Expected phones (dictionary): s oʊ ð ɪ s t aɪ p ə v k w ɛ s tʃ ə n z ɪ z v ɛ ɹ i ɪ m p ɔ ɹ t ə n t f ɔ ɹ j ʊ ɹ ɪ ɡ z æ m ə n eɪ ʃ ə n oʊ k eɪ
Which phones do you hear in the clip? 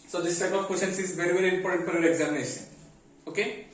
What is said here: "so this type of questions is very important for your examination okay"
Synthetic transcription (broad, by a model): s oʊ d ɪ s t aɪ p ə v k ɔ tʃ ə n s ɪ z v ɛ ɹ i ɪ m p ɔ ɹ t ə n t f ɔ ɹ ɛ ɹ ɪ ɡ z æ m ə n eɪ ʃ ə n oʊ k eɪ